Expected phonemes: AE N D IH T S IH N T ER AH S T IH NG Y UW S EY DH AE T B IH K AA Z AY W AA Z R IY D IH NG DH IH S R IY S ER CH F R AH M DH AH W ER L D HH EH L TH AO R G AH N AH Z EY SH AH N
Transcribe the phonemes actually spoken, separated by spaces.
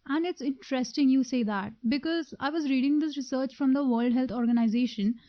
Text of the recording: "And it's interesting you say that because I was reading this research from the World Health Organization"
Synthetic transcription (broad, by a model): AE N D IH T S IH N T ER AH S T IH NG Y UW S EY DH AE T B IH K AA Z AY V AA Z R IY D IH NG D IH S R IY S ER CH F R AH M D AH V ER L D HH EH L T AO R G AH N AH Z EY SH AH N